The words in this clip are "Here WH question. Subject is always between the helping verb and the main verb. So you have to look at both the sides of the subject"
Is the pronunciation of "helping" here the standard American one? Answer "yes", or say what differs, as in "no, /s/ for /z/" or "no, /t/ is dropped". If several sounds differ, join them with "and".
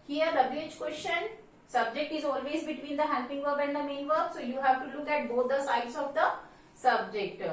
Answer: no, /l/ is dropped